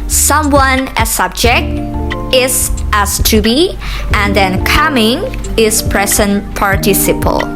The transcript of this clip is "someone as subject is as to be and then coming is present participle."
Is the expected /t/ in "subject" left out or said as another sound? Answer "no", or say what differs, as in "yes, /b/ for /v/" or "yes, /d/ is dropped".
no